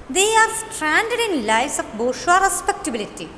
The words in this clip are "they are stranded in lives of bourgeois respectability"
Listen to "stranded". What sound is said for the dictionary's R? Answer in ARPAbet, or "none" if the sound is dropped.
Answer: R